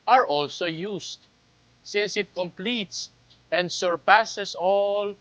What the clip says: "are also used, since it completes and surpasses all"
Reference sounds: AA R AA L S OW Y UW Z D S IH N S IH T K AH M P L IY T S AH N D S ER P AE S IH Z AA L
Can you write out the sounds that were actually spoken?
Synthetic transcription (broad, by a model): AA R AA L S OW Y UW S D S IH N S IH T K AH M P L IY T S AH N D S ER P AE S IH S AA L